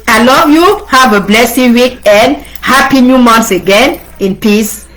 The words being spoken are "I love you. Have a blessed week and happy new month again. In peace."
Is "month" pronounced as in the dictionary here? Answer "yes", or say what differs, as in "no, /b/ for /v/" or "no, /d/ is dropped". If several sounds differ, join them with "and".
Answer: no, /s/ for /θ/